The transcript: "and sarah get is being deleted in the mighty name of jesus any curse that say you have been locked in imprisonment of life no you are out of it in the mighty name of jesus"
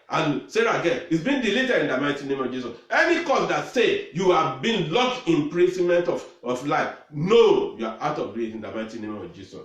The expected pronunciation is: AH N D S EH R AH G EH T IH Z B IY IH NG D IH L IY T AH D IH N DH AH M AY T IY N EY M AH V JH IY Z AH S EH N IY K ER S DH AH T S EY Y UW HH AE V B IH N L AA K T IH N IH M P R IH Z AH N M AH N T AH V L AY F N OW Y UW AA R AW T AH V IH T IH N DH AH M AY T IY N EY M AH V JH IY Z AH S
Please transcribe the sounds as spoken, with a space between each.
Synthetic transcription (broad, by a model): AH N S EH R AH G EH IH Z B IY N D IH L IY T AH D IH N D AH M AY T IY N EY M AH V JH IY S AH S EH N IY K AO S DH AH T S EY Y UW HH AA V B IH N L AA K IH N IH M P R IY S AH M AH N T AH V L AY F N OW Y UW AA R AW T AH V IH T IH N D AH M AY T IY N EY M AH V JH IY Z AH S